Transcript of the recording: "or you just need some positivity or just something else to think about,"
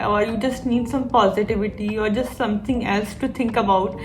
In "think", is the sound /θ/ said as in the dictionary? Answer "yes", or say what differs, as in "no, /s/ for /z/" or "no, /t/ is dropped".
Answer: no, /t/ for /θ/